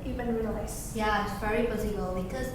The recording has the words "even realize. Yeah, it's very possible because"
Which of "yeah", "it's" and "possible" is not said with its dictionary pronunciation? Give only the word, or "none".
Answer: possible